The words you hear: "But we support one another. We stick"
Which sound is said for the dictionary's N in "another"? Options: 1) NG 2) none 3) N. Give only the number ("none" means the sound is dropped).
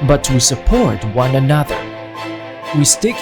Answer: 3